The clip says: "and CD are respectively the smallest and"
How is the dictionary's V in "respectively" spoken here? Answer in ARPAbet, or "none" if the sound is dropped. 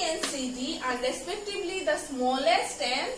B